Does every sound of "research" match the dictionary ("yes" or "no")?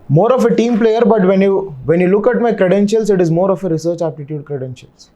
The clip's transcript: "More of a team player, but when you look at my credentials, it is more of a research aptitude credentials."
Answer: yes